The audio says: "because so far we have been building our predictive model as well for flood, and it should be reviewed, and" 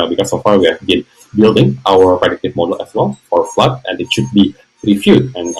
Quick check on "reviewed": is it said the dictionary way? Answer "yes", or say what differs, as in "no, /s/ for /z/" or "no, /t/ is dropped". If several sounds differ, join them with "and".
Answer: no, /f/ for /v/